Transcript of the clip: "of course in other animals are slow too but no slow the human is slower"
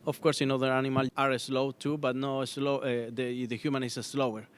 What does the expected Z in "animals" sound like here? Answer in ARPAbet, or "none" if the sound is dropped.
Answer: none